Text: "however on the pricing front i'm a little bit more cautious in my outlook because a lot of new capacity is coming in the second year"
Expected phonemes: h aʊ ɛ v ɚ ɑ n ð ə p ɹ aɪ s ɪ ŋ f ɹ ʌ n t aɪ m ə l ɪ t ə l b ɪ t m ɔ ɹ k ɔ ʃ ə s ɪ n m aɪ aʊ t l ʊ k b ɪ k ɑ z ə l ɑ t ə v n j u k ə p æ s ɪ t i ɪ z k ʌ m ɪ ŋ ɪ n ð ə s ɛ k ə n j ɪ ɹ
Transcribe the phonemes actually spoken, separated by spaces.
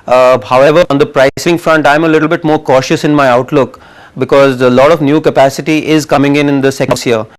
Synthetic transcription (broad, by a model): h aʊ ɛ v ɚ ɑ n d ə p ɹ aɪ s ɪ ŋ f ɹ ʌ n t aɪ m ə l ɪ t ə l b ɪ t m ɔ ɹ k ɔ ʃ ə s ɪ n m aɪ aʊ t l ʊ k b ɪ k ɑ z ə l ɑ t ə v n j u k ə p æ s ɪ t i ɪ z k ʌ m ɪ ŋ ɪ n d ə s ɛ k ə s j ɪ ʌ